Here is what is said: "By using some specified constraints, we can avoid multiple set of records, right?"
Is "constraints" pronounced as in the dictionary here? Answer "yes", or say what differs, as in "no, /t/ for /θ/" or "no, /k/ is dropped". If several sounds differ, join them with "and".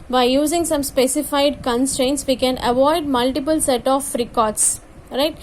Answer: yes